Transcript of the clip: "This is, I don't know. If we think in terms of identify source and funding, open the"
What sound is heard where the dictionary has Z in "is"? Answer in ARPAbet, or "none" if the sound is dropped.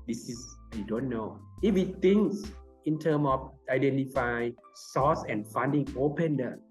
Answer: S